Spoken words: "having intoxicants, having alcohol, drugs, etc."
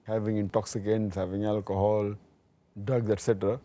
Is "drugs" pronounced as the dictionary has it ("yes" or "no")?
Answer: no